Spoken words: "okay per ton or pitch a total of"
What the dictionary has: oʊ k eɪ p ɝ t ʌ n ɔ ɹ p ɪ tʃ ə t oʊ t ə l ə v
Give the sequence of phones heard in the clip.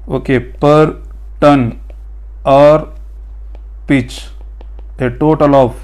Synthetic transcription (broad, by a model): oʊ k eɪ p ɝ t ʌ n ɔ ɹ p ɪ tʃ ə t oʊ t ə l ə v